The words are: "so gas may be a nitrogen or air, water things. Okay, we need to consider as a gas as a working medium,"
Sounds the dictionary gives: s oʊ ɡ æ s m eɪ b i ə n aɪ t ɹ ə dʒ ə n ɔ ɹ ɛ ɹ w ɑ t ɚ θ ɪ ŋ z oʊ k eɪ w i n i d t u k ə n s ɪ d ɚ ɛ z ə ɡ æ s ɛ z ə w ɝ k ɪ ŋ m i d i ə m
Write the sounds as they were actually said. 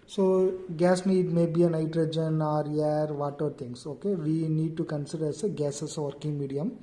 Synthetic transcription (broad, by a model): s oʊ ɡ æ s m eɪ b i ə n aɪ t ɹ ə dʒ ə n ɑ ɹ ɛ ɹ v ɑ t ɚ t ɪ ŋ s oʊ k eɪ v i n i d t u k ə n s ɪ d ɚ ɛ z ə ɡ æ s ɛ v ə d k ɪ ŋ m i d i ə m